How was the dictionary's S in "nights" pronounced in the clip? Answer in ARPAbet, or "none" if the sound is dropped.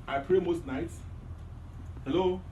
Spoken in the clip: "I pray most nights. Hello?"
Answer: S